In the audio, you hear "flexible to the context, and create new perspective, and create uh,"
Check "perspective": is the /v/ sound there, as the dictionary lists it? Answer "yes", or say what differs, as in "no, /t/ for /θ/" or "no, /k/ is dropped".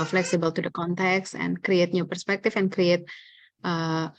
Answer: no, /f/ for /v/